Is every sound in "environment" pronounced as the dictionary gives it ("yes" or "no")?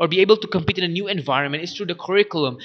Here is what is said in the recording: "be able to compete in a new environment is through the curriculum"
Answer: yes